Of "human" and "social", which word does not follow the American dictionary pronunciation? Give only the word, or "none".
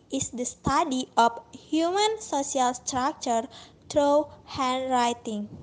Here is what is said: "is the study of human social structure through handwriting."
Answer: social